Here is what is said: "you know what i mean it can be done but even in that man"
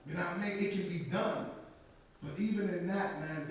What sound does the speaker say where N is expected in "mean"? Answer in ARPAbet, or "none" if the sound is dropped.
none